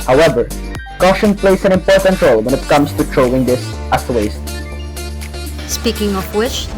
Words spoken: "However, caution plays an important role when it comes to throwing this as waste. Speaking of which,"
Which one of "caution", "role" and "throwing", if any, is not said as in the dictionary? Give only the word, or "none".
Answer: throwing